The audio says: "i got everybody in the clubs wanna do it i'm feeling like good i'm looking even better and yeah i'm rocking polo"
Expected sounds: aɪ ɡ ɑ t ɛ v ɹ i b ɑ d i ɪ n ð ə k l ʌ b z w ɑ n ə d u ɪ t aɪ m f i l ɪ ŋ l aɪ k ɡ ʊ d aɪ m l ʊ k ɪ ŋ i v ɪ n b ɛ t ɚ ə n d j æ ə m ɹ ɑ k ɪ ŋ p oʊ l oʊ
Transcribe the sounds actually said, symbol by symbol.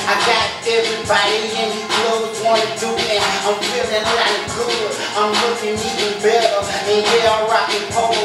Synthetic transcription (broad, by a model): aɪ ɡ ɑ t ɛ v ɹ i b ɑ d i ɪ n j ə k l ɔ z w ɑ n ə d u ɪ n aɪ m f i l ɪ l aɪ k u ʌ aɪ m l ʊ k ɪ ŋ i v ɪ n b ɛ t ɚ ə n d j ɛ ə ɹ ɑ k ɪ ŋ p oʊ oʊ